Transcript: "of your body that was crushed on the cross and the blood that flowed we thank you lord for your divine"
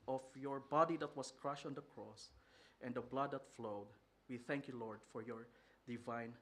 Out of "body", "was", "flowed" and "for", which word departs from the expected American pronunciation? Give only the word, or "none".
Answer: was